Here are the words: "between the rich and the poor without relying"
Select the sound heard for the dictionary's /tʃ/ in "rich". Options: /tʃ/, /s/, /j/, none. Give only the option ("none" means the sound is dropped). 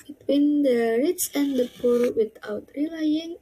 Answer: /s/